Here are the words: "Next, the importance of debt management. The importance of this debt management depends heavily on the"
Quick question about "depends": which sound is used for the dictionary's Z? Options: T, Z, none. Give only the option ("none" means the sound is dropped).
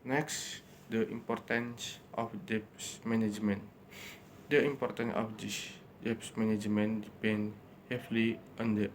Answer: none